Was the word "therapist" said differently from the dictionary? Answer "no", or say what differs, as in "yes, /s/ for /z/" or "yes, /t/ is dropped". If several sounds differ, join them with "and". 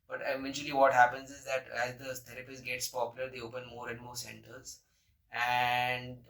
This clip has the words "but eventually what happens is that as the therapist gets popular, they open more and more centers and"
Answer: yes, /t/ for /θ/